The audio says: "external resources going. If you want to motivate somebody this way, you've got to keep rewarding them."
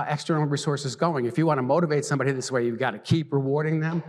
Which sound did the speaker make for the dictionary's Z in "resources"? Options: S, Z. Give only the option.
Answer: Z